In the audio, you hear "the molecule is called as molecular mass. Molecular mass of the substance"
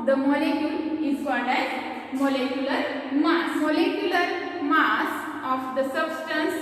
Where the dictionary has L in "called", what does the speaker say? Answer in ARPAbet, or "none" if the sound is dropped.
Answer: none